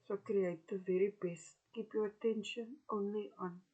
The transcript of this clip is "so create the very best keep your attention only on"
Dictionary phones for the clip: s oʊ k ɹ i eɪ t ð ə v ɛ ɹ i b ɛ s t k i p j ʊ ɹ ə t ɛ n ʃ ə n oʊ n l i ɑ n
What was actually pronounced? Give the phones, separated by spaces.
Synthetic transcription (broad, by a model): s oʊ k ɹ i eɪ t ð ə v ɛ ɹ i b ɛ s t k i p j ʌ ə t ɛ n ʃ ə n oʊ n l i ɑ n